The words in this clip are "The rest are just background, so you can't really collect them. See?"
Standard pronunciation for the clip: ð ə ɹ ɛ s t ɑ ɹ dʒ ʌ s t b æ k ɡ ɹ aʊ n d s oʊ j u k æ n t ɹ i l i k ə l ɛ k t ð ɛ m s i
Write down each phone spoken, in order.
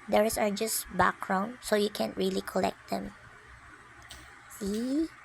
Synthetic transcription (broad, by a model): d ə ɹ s ɑ ɹ dʒ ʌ s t b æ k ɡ ɹ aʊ n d s oʊ j u k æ n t ɹ i l i k ə l ɛ k t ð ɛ m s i